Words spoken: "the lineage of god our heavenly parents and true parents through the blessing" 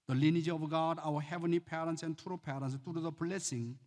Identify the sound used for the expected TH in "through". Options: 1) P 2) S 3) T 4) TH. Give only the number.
3